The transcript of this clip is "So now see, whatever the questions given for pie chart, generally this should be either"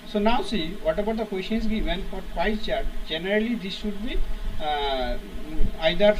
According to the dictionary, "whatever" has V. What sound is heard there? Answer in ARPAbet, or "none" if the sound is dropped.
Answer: B